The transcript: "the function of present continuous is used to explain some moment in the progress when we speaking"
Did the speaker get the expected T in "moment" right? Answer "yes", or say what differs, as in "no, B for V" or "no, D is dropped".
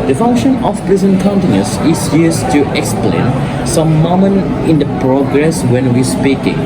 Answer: no, T is dropped